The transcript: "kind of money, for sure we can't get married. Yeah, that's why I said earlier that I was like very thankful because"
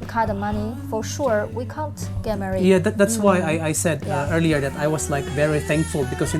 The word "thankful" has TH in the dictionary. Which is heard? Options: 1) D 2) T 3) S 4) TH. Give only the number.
4